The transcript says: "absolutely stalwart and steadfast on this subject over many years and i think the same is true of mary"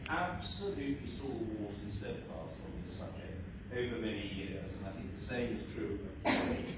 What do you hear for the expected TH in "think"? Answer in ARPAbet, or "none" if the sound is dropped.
TH